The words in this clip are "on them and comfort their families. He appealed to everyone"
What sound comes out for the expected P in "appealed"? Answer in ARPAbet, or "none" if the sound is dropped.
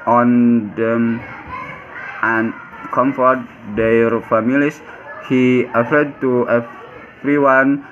F